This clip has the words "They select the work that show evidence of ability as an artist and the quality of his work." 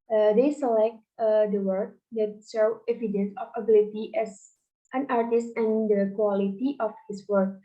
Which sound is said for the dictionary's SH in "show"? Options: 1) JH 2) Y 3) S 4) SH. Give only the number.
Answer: 3